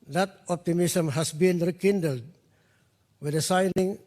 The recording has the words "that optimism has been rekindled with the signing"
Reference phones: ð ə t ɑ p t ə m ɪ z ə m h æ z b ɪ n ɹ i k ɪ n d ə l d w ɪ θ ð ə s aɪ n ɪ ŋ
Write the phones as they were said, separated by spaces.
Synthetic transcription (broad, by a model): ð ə t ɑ p t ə m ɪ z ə m h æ s b ɪ n ɹ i k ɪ n d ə l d w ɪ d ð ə s aɪ n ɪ ŋ